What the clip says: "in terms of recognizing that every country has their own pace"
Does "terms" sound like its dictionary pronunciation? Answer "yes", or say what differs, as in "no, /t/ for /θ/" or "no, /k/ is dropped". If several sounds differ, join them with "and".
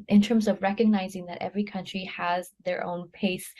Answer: yes